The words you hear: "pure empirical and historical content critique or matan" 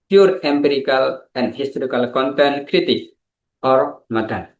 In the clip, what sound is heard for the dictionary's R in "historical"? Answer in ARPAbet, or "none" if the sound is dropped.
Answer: R